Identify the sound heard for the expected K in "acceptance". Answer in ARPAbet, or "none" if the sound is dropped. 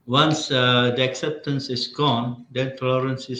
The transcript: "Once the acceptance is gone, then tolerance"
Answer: K